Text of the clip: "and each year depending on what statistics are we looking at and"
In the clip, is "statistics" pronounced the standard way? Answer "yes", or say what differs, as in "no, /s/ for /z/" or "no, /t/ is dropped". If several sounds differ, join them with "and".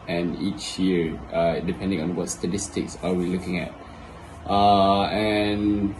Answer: yes